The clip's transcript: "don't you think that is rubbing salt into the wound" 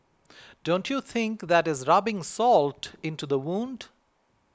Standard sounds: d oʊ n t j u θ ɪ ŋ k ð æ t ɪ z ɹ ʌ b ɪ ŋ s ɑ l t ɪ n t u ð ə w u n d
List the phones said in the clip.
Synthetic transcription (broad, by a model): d oʊ n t j u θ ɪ ŋ k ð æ t ɪ z ɹ ʌ b ɪ ŋ s ɑ l t ɪ n t u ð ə w u n d